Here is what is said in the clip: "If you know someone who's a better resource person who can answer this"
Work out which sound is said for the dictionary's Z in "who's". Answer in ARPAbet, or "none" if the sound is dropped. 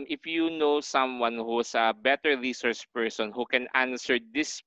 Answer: S